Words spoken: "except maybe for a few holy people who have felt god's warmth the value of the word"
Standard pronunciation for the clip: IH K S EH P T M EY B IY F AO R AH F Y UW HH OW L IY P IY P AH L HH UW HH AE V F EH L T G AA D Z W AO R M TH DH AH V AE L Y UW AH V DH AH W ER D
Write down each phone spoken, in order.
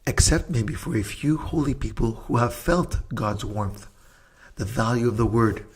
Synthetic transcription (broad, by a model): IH K S EH P T M EY B IY F AO R AH F Y UW HH OW L IY P IY P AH L HH UW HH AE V F EH L T G AA D Z W AO R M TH DH AH V AE L Y UW AH V DH AH W ER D